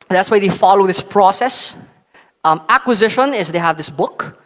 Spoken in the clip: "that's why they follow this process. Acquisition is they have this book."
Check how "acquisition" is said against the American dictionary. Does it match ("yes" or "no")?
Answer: yes